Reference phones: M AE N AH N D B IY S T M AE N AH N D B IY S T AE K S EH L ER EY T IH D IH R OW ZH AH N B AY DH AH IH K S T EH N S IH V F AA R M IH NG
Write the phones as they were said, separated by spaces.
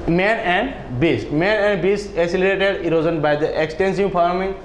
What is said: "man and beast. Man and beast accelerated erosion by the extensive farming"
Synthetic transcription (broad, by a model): M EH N AH N D B IY S T M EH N AH N D B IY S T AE S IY L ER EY T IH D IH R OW Z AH N B AY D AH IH K S T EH N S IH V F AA R M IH NG